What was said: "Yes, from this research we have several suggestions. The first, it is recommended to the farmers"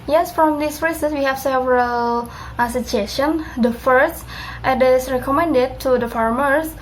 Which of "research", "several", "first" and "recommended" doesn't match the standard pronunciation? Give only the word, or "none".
research